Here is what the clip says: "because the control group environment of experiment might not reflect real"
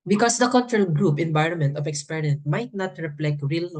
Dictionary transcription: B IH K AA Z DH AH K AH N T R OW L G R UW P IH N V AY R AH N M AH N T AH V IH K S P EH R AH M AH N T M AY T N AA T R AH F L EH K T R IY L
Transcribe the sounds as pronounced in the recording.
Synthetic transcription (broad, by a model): B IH K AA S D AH K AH N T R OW L G R UW P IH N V AY R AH N M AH N T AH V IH K S P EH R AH AH N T M AY T N AA T R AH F L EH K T R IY L